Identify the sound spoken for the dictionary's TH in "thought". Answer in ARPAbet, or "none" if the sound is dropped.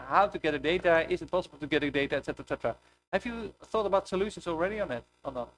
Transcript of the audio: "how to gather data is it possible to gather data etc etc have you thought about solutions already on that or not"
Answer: TH